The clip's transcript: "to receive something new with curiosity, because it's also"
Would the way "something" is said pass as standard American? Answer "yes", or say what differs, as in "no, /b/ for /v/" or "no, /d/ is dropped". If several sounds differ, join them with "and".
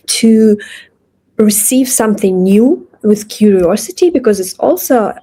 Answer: yes